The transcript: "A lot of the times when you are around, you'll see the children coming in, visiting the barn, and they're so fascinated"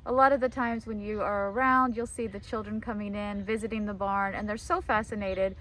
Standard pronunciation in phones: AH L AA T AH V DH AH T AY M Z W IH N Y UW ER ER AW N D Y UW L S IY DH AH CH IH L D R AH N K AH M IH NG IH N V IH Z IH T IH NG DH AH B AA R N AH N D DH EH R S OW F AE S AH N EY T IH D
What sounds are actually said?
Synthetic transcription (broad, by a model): AH L AA T AH V DH AH T AY M Z W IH N Y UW ER ER AW N D Y UW L S IY DH AH CH IH L D R AH N K AH M IH NG IH N V IH Z IH T IH NG DH AH B AA R N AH N DH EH R S OW F AE S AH N EY T IH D